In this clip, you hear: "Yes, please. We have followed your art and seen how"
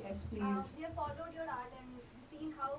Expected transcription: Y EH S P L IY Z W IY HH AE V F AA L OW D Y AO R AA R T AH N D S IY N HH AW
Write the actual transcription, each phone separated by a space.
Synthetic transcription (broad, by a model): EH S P IY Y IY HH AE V F AA L OW D Y AO R AA R T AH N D S IY N HH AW